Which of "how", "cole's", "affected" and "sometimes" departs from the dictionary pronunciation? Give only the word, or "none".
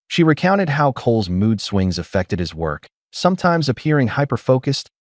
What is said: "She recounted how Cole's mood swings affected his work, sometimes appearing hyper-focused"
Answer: none